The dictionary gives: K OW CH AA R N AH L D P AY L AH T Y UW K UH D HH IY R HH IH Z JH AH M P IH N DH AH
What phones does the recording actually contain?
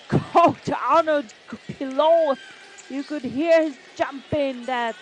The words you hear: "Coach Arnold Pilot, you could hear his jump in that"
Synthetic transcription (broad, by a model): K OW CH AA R N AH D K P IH L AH Y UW K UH D HH IY R HH IH Z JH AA M P IH N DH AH